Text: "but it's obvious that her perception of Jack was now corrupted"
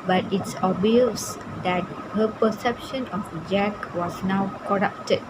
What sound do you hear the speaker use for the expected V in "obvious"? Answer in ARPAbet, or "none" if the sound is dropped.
none